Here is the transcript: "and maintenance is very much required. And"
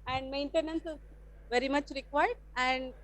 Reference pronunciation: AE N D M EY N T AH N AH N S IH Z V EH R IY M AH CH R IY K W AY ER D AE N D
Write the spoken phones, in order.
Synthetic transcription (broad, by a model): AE N D M EY N T AH N AH N S IH Z V EH R IY M AH CH R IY K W AY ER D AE N D